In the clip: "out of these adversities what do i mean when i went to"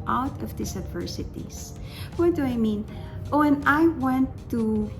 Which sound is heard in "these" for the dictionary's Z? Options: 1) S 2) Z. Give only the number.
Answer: 1